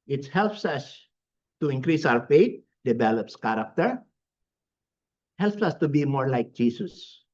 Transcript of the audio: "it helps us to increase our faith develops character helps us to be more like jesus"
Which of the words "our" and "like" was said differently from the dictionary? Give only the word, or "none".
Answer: our